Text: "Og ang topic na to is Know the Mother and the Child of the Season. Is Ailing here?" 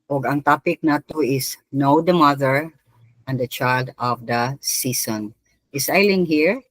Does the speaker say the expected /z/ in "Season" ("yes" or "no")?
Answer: no